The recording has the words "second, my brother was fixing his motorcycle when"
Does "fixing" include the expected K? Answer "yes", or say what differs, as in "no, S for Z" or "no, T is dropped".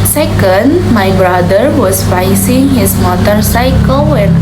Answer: no, K is dropped